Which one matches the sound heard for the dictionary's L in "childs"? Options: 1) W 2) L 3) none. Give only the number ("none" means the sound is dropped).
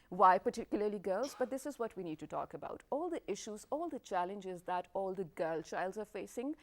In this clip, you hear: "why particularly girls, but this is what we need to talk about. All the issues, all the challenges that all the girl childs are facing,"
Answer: 2